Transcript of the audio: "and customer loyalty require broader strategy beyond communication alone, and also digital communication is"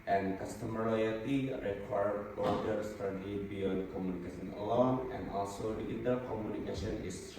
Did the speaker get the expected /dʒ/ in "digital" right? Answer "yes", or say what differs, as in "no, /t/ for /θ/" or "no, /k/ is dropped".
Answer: no, /dʒ/ is dropped